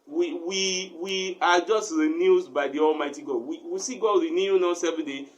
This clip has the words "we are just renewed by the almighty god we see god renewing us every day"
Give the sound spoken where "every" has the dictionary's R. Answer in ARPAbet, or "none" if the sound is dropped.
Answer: none